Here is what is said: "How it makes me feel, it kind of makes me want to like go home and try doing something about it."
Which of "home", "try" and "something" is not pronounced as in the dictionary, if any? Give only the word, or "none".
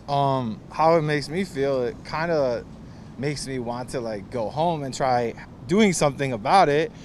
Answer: none